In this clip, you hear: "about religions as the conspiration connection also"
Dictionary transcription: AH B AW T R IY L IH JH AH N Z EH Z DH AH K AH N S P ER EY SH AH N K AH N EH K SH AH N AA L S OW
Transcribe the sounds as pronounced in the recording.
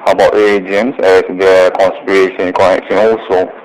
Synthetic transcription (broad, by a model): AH B AW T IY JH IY AH N S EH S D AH K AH N S P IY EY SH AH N K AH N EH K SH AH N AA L S OW